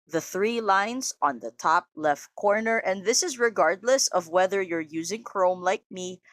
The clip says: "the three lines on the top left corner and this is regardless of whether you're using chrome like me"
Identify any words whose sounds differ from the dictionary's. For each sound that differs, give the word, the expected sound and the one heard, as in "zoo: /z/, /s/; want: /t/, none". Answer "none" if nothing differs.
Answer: none